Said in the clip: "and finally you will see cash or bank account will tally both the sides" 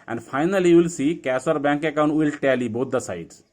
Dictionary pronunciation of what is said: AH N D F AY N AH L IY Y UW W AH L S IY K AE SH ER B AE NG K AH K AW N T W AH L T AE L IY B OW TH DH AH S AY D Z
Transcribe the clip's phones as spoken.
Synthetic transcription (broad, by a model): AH N D F AY N AH L IY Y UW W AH L S IY K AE S ER B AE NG K AH K AW N T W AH L T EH L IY B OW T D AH S AY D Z